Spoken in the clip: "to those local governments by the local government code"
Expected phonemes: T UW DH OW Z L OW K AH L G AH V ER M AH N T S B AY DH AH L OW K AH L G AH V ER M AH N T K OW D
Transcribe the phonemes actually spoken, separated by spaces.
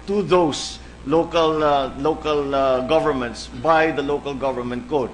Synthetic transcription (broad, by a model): T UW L OW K L OW K AH L G AH V ER M AH N T S B AY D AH L OW K AH L G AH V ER M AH N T K OW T